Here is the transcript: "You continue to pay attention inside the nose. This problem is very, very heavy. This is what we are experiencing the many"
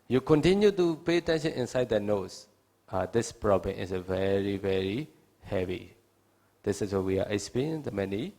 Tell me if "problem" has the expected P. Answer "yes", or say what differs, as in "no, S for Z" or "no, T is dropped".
yes